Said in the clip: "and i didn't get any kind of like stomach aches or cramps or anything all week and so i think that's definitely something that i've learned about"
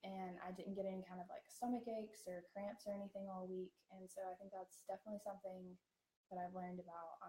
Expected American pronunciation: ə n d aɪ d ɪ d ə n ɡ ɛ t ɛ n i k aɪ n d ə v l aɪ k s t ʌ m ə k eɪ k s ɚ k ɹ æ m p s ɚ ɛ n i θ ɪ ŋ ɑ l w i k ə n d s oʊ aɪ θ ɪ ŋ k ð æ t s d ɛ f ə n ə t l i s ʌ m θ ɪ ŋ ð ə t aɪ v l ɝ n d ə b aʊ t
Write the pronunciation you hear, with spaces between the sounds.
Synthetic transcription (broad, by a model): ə n aɪ d ɪ d n ɡ ɛ t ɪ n k aɪ n d ə v l aɪ k s t ʌ m ə k eɪ k s ɚ k ɹ æ m p s ɚ ɛ n i θ ɪ ŋ ɑ l w i k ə n s oʊ aɪ θ ɪ ŋ k ð æ t s d ɛ f ə n ə t l i s ʌ m θ ɪ ŋ ð ə t aɪ v l ɝ n d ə b aʊ t